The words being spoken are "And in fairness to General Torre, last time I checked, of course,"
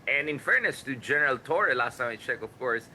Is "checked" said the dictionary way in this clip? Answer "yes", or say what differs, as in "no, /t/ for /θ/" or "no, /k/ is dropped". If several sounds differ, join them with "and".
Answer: no, /t/ is dropped